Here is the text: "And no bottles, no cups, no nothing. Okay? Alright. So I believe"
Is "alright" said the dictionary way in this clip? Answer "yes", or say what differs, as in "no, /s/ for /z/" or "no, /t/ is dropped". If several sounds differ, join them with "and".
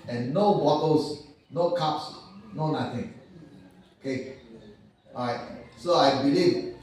no, /l/ is dropped